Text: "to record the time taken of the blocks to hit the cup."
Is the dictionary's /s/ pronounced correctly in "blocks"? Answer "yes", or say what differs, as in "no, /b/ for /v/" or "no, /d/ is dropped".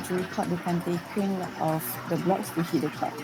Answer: yes